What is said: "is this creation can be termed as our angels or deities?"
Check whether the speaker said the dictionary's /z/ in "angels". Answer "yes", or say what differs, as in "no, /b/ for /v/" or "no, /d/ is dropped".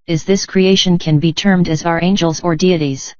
yes